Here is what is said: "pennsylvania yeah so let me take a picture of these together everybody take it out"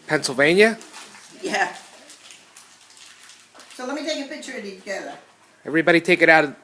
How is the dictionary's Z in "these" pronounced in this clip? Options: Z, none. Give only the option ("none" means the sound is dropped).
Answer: none